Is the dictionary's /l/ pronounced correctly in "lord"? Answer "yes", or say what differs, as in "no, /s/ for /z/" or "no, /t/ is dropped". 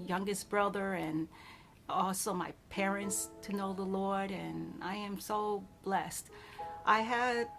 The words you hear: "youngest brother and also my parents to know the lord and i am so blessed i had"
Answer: yes